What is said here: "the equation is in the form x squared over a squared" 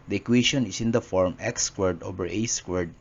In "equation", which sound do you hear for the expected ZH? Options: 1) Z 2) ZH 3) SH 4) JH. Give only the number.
3